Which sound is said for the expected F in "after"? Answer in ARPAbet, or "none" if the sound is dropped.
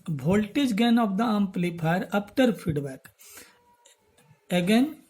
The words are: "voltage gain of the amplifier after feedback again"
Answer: P